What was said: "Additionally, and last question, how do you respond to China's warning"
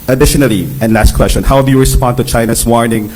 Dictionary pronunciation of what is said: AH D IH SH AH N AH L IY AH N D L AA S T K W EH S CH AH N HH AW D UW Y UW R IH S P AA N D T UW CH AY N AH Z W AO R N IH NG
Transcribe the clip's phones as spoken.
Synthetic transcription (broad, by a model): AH D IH SH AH N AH L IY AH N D L AA S T K W EH S CH AH N HH AW D UW Y UW R IH S P AA N D T UW CH AY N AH S W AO R N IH NG